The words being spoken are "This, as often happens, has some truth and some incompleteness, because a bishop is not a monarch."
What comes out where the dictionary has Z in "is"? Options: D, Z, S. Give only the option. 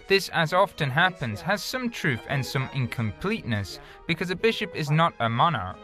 Z